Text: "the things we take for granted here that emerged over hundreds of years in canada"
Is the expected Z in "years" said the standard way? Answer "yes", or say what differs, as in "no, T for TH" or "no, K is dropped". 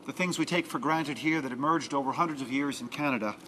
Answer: yes